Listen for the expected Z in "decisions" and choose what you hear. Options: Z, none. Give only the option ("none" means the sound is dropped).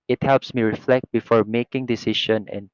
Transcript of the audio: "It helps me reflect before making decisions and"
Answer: none